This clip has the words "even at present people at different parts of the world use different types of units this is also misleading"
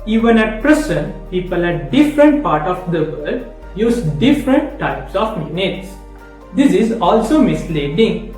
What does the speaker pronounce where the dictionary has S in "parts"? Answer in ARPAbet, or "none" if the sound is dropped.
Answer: none